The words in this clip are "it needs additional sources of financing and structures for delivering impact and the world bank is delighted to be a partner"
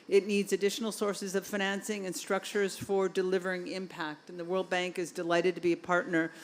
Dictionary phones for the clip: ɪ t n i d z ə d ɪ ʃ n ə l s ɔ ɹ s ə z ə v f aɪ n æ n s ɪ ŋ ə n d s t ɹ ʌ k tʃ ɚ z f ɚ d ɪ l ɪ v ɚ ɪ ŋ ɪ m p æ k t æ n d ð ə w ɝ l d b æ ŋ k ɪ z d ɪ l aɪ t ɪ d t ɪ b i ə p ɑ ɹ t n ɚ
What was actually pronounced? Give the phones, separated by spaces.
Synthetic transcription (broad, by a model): ɪ t n i d z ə d ɪ ʃ n l s ɔ ɹ s ə z ə v f aɪ n æ n s ɪ ŋ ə n s t ɹ ʌ k tʃ ɚ z f ɚ d ɪ l ɪ v ɚ ɪ ŋ ɪ m p æ k t n ð ə w ɝ l d b æ ŋ k ɪ z d ɪ l aɪ t ɪ d t ɪ b i ə p ɑ ɹ t n ɚ